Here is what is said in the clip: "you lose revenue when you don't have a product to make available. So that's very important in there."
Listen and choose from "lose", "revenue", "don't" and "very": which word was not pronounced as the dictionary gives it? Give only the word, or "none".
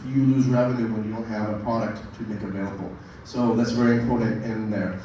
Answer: none